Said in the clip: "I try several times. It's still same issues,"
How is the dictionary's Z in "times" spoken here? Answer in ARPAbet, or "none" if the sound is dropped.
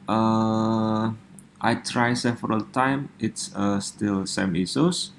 none